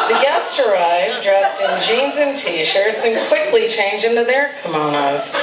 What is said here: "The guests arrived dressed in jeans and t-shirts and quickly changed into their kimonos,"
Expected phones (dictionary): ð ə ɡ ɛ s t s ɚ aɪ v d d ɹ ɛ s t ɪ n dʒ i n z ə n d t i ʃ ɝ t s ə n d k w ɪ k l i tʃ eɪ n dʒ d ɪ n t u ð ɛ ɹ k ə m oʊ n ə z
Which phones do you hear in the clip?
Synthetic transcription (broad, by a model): ð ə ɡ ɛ s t ɚ aɪ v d d ɹ ɛ s t ɪ n dʒ i n z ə n t i ʃ ɝ t s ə n k w ɪ k l i tʃ eɪ n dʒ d ɪ n t u ð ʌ ɹ k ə m oʊ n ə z